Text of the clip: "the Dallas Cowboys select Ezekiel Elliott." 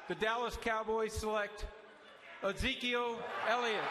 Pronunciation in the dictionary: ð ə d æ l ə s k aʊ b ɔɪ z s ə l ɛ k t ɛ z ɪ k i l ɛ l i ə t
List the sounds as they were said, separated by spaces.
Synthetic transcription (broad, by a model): ð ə d æ l ə s k aʊ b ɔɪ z s ə l ɛ k t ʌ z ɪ k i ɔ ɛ l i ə